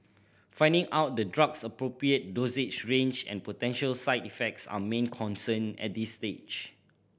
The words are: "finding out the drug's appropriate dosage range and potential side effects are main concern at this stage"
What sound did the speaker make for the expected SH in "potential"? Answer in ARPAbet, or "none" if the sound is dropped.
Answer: SH